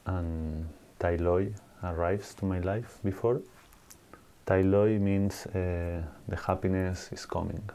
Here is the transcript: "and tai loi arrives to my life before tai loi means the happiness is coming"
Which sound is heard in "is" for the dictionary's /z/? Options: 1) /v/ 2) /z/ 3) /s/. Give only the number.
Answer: 3